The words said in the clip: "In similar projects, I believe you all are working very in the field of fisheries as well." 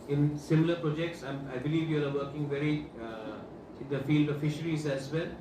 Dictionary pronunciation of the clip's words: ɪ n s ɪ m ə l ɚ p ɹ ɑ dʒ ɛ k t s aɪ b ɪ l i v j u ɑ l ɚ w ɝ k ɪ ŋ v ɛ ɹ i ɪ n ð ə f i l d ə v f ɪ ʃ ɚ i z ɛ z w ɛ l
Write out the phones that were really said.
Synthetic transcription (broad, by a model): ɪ n s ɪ m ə l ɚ p ɹ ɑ dʒ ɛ k t s aɪ b ɪ l i v j u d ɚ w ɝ k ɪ ŋ v ɛ ɹ i ɪ n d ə f i l d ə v f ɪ ʃ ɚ i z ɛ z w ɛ l